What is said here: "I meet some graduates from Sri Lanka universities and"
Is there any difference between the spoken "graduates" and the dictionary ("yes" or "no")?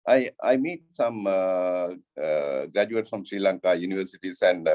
yes